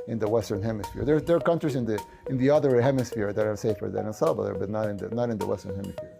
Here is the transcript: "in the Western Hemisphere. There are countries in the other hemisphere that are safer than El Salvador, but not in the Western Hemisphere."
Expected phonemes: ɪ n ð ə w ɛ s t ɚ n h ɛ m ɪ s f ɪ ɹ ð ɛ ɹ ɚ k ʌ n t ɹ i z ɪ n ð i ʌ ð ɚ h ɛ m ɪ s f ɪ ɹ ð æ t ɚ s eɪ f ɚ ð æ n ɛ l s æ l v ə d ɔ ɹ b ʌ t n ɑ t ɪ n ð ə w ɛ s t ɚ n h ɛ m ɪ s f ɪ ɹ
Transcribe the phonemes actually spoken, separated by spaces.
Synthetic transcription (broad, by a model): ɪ n ð ə w ɛ s t ɚ n h ɛ m ɪ s f ɪ ɹ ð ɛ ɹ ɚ k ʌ n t ɹ i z ɪ n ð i ʌ ð ɚ h ɛ m ɪ s f ɪ ɹ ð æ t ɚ s eɪ f ɚ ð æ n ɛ n s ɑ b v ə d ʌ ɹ b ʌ t n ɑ t ɪ n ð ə w ɛ s t ɚ n h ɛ m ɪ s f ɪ ɹ